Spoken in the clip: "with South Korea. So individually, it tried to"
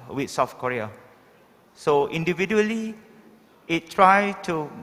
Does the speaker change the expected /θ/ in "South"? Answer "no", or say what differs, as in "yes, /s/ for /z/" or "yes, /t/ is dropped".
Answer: yes, /f/ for /θ/